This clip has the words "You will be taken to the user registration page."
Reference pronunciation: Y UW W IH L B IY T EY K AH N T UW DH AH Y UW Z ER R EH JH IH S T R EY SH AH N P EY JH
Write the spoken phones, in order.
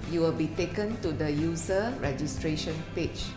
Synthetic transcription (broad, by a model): Y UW W IH L B IY T EY K AH N T UW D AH Y UW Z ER R EH JH IH S T R EY SH AH N P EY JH